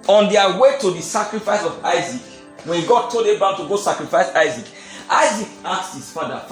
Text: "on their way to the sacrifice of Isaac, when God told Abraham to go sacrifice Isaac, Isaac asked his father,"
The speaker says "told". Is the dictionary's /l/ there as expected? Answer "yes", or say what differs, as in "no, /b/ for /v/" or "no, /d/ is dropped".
no, /l/ is dropped